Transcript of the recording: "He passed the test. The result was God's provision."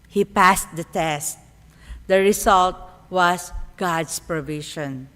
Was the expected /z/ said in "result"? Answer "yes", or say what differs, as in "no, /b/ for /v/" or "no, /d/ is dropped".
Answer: no, /s/ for /z/